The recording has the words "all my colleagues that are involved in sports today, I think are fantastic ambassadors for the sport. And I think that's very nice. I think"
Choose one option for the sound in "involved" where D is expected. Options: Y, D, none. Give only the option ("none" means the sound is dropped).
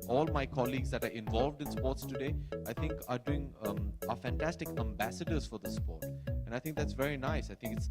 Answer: D